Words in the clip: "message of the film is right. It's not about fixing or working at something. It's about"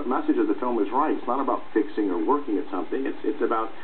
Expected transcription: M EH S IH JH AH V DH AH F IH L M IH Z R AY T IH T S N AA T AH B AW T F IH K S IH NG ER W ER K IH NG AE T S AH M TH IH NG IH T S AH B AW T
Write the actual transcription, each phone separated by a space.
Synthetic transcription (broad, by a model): M EH S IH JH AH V DH AH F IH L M IH Z R AY T IH T S N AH T AH B AW T F IH K S IH NG ER W ER K IH NG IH T S AH M TH IH NG IH T S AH B AW T